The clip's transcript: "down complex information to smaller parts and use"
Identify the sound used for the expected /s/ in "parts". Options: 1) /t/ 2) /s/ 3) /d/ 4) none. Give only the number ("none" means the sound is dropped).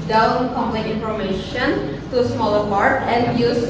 4